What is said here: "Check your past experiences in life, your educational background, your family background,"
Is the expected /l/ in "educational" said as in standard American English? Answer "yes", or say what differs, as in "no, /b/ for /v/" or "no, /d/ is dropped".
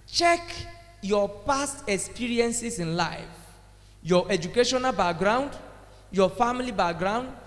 yes